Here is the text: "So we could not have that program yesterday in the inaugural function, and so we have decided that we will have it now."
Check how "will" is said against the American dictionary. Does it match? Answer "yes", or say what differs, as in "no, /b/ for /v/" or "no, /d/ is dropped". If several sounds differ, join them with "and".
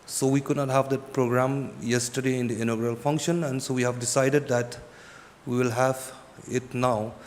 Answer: yes